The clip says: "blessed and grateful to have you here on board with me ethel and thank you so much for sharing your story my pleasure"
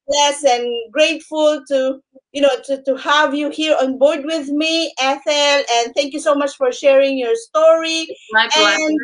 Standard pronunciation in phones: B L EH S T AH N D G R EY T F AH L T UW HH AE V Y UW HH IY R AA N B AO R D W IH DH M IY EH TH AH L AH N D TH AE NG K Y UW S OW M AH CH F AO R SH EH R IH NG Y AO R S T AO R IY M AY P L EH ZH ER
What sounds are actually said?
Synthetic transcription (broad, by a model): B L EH S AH N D G R EY T F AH L T UW HH AE V Y UW HH IY R AA N B AO R D W IH DH M IY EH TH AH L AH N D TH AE NG K Y UW S OW M AH CH F AO R SH EH R IH NG Y AO R S T AO R IY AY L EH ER